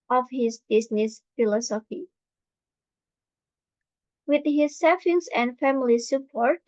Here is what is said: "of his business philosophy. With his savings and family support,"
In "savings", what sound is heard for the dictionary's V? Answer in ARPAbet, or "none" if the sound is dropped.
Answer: F